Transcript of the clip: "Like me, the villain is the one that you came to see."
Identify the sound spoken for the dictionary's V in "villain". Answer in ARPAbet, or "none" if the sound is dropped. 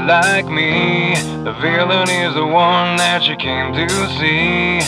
V